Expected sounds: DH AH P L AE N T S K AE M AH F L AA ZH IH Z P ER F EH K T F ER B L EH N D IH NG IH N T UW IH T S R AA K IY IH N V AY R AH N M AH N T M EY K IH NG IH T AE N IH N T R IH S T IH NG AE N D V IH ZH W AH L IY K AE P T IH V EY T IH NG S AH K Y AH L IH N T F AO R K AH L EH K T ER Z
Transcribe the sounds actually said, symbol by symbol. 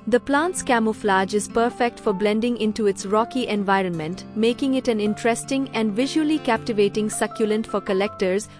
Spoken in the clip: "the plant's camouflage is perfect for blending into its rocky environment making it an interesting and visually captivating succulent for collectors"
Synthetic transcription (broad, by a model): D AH P L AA N T S K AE M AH F L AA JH IH Z P ER F EH K T F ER B L EH N D IH NG IH N T UW IH T S R AA K IY IH N V AY R AH N M AH N T M EY K IH NG IH T AE N IH N T R IH S T IH NG AE N D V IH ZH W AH L IY K AE P T IH V EY T IH NG S AH K Y AH L IH N T F AO R K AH L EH K T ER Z